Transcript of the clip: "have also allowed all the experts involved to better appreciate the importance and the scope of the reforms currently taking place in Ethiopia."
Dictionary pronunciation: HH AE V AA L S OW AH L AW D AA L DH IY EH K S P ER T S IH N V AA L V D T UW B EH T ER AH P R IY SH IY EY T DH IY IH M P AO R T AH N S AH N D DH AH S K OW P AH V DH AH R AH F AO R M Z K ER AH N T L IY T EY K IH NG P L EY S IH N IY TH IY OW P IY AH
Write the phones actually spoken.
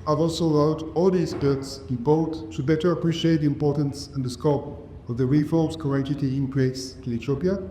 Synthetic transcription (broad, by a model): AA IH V AA L S OW AH L AW D AA L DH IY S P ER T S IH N B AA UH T T UW B EH T ER AH P R IY SH IY EY T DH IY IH M P AO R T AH N S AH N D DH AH S K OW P AH V DH AH R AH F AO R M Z K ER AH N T IY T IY IH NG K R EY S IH L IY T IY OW P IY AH